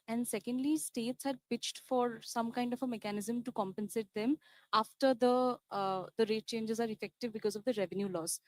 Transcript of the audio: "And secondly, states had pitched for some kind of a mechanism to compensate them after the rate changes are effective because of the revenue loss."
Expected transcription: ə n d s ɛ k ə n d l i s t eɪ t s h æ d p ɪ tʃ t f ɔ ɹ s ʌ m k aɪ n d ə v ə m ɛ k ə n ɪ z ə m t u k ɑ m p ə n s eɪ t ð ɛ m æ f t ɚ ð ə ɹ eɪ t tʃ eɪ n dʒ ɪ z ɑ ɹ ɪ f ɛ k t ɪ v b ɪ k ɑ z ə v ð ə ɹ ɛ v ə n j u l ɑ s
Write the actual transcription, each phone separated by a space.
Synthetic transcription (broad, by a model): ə n d s ɛ k ə n d l i s t eɪ t s h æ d p ɪ tʃ t f ɔ ɹ s ʌ m k aɪ n d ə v ə m ɛ k ə n ɪ z ə m t u k ɑ m p ə n s eɪ t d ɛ m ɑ f t ɚ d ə ɹ eɪ t tʃ eɪ n dʒ ɪ z ɑ ɹ ɪ f ɛ k t ɪ v b ɪ k ɑ z ə v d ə ɹ ɛ v ə n j u l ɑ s